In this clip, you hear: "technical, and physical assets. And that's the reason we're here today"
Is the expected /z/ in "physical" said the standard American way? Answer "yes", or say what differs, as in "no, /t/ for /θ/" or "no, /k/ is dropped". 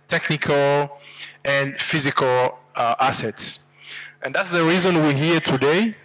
yes